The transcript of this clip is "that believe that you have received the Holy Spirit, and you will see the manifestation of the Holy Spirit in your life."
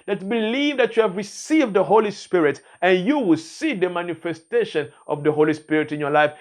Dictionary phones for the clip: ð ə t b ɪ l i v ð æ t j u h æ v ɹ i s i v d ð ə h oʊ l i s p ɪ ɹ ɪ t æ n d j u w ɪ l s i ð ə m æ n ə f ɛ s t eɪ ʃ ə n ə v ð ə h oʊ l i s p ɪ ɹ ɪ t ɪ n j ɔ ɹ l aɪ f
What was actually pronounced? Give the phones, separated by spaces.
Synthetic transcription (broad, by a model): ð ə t b ɪ l i v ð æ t j u h æ v ɹ i s i v d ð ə h oʊ l i s p ɪ ɹ ɪ t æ n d j u w ɪ l s i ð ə m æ n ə f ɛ s t eɪ ʃ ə n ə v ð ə h oʊ l i s p ɪ ɹ ɪ t ɪ n j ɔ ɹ l aɪ f